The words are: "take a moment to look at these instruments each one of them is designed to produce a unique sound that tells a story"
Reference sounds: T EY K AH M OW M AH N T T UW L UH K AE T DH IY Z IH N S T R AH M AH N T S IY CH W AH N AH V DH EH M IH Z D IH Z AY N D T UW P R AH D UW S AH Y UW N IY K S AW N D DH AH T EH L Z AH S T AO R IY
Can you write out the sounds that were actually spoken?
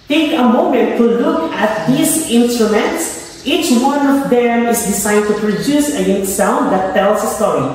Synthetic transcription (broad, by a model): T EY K AH M OW M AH N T T UW L UH K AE T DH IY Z IH N S T R AH M AH N T S IY CH W AH N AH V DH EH M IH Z D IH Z AY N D T UW P R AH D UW S AH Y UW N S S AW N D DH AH T EH L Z AH S T AO R IY